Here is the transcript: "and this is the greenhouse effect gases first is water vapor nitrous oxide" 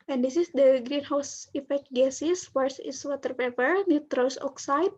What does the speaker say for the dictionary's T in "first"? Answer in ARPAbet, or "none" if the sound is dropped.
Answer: none